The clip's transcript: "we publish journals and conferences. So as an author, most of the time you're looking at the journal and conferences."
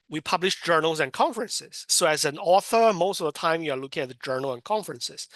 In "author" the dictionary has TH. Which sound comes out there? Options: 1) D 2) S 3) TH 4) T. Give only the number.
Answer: 3